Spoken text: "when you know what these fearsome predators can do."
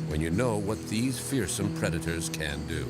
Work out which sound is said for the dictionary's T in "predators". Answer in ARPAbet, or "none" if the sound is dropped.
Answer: T